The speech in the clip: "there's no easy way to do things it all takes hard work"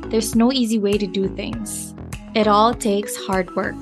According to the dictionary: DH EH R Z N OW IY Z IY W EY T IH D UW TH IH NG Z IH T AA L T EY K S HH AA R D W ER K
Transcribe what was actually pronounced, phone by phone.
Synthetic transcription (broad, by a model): DH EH R Z N OW IY Z IY W EY T IH D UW TH IH NG Z IH T AA L T EY K S HH AA R D W ER K